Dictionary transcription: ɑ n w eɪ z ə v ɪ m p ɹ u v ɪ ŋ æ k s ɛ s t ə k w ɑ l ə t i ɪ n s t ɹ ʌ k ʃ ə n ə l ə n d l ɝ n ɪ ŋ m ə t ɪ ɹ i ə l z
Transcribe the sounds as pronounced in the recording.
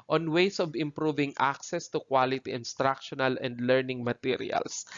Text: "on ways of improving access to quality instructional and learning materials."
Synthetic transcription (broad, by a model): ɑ n w eɪ s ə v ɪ m p ɹ u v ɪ ŋ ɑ k s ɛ s t ə k w ɑ l ə t i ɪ n s t ɹ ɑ k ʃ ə n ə l ə n d l ɝ n ɪ ŋ m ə t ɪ ɹ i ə l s